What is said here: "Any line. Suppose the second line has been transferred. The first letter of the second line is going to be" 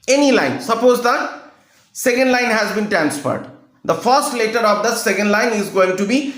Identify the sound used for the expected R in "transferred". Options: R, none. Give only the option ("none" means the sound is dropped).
none